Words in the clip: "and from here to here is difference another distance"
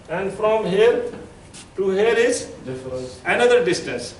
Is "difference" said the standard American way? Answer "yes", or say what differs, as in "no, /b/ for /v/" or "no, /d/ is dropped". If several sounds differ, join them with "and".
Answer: no, /s/ is dropped